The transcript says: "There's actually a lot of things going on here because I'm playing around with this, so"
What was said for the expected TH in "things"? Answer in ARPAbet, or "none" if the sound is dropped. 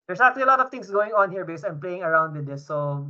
T